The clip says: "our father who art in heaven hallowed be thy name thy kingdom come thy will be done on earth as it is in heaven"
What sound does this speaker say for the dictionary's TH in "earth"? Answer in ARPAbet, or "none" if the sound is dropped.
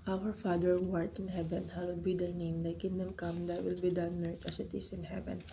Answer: T